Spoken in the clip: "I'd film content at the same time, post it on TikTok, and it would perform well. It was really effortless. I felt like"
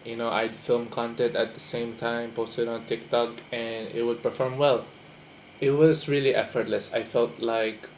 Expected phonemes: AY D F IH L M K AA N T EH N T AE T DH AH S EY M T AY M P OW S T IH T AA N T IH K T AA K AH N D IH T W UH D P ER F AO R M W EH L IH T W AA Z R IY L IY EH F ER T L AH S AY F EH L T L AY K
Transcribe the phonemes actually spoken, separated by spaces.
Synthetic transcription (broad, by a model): AY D F IH L M K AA N T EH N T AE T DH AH S EY M T AY M P OW S T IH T AA N T IH K T AA K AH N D IH T W UH D P ER F AO R M W EH L IH T W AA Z R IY L IY EH F ER T L AH S AY F EH L T L AY K